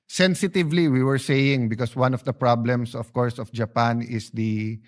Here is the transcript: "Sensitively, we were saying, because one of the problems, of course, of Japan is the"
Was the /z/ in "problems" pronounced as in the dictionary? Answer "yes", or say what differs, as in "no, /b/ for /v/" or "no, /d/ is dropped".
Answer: no, /s/ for /z/